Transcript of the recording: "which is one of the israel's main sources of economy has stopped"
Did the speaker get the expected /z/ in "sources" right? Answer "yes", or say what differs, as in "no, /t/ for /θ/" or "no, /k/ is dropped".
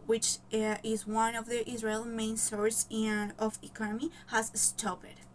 no, /z/ is dropped